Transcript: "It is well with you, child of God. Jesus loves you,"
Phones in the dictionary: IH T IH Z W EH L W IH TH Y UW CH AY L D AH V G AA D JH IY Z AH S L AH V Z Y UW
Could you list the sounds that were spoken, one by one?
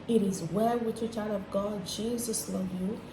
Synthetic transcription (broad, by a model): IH T IH Z W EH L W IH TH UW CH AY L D AH V G AA D JH IY Z AH S L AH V Y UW